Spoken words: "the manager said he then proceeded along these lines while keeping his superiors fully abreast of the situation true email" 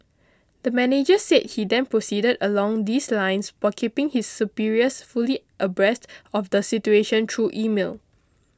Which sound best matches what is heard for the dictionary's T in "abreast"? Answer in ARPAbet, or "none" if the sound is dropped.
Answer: T